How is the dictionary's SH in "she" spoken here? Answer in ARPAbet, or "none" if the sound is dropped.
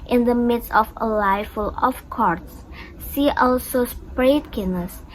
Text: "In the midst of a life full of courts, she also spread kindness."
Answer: S